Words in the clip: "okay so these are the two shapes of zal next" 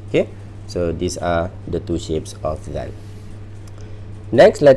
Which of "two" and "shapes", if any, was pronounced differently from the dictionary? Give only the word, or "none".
none